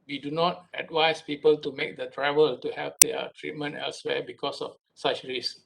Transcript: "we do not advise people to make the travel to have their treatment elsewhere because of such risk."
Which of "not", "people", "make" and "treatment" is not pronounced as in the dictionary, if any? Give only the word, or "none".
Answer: none